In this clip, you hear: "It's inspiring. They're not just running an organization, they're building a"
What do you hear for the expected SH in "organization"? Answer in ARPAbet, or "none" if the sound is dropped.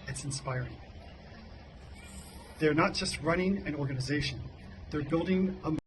SH